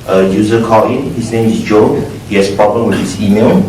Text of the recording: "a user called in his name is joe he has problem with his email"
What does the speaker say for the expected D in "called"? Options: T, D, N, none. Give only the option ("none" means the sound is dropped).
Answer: none